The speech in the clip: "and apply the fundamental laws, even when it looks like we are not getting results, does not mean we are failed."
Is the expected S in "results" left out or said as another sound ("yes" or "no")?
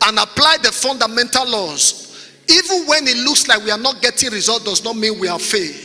yes